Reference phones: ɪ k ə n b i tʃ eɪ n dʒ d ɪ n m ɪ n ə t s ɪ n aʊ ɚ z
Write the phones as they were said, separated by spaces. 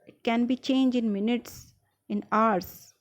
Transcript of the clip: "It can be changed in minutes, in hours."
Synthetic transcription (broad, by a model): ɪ k ə n b i tʃ eɪ n dʒ ɪ n m ɪ n ə t s ɪ n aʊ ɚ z